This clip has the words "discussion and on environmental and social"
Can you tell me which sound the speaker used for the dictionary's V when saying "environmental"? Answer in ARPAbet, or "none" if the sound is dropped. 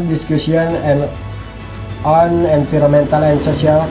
F